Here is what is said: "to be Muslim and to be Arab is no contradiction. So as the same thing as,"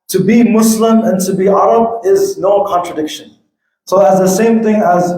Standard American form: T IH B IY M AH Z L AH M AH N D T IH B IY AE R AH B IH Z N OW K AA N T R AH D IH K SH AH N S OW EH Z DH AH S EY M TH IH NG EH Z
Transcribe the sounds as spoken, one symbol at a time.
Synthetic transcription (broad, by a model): T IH B IY M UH S L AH M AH N T IH B IY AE R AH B IH Z N OW K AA N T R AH D IH K SH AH N S OW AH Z DH AH S EY M TH IH NG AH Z